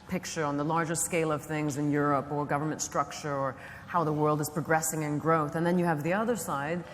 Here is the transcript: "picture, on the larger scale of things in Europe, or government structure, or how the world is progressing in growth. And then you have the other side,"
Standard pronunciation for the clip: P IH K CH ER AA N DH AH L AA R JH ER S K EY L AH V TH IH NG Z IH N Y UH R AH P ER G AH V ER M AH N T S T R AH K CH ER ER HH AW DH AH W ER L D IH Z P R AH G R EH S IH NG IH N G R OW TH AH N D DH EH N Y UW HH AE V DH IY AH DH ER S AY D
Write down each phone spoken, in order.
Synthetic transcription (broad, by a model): P IH K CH ER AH N DH AH L AA R JH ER S K EY L AH V TH IH NG Z IH N Y UH R AH P ER G AH V ER M AH N T S T R AH K CH ER ER HH AW DH AH W ER L D IH Z P R AH G R EH S IH NG IH N G R OW TH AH N DH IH N Y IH V DH IY AH DH ER S AY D